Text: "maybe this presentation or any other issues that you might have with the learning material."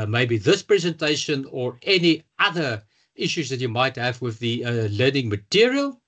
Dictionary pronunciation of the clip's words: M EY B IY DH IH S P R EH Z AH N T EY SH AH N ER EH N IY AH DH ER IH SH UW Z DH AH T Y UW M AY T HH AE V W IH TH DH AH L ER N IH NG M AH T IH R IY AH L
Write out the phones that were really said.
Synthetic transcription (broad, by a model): M EY B IY DH IH S P R EH Z AH N T EY SH AH N ER EH N IY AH DH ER IH SH UW Z DH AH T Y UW M AY T HH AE V W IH DH AH L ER N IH NG M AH T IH R IY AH L